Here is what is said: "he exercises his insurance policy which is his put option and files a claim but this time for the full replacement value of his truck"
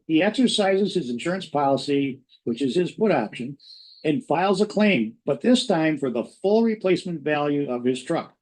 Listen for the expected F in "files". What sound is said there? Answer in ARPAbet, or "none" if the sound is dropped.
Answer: F